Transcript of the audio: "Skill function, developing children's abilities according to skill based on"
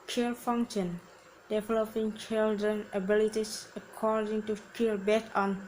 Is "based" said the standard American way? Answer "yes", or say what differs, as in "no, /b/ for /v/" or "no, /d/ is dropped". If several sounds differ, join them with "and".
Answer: no, /s/ is dropped